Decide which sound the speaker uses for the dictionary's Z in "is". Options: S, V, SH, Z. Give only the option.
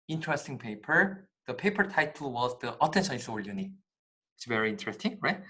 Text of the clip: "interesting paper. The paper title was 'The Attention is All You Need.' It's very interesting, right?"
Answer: S